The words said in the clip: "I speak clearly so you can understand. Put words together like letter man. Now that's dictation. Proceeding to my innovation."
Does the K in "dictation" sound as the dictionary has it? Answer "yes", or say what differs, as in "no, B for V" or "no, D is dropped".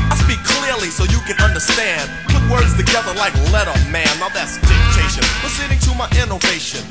no, K is dropped